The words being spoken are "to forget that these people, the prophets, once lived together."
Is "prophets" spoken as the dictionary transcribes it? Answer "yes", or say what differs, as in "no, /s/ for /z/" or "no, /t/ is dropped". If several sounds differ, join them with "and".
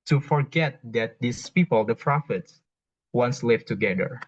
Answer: yes